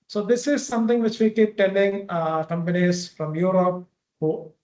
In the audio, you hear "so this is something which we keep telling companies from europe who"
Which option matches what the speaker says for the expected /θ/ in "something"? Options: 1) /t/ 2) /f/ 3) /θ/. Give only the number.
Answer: 1